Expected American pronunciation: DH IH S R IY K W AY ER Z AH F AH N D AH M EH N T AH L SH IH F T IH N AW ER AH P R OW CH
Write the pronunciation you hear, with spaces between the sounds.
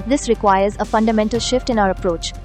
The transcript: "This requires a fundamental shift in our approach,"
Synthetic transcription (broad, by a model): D IH S R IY K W AY ER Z AH F AH N D AH M EH N T AH L SH IH F T IH N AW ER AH P R OW CH